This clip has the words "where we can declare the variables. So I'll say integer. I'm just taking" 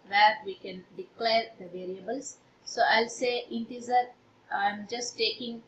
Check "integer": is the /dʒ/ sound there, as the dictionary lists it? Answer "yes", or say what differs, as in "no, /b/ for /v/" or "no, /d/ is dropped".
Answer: no, /z/ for /dʒ/